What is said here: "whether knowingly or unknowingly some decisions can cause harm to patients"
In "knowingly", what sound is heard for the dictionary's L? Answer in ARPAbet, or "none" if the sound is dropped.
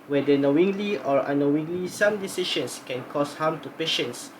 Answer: L